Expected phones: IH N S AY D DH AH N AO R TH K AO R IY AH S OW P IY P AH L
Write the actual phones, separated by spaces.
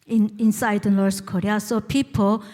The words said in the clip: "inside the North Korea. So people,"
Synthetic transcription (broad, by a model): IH N S AY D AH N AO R S K AO R IY AH S OW P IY P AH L